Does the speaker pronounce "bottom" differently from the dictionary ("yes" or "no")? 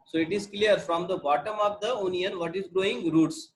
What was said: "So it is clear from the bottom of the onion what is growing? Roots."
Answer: no